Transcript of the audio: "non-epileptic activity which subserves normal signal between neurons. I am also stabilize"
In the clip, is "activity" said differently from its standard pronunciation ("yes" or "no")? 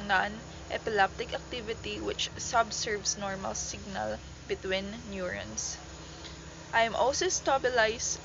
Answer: no